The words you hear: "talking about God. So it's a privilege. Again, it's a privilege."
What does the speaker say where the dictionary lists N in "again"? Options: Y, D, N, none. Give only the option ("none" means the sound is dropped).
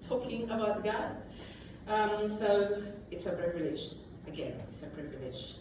N